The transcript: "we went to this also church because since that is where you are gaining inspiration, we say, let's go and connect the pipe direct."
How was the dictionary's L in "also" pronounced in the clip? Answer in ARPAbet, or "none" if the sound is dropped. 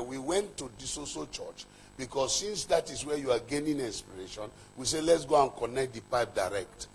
none